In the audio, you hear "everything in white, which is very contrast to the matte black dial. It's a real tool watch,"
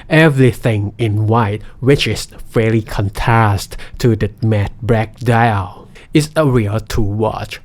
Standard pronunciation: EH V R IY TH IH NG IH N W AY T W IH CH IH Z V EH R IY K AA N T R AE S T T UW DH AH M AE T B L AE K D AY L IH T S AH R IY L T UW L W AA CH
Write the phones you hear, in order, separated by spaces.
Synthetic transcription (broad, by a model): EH V R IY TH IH NG IH N W AY T W IH CH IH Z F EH L IY K AA N T R AE S T T UW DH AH M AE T B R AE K D AY L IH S AH R IY L T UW W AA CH